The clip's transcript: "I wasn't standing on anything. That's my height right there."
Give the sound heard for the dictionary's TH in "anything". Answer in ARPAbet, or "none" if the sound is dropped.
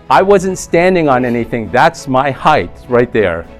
TH